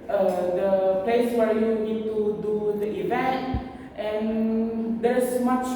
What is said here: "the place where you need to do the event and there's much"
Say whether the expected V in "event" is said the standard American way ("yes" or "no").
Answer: yes